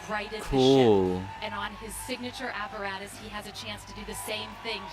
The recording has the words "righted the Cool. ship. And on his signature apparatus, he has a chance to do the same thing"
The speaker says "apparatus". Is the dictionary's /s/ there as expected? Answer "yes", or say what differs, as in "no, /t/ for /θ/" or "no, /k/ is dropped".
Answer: yes